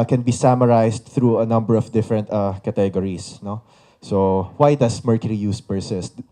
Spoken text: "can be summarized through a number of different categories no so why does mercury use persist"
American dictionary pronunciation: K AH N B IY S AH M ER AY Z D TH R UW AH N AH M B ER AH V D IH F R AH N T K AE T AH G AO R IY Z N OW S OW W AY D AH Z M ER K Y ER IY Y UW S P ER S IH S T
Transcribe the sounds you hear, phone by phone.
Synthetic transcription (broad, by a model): K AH N B IY S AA M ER AY S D TH R UW AH N AH M B ER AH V D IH F R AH N T K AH T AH G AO R IY S N OW S OW W AY D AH S M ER K Y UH IY Y UW S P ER S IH S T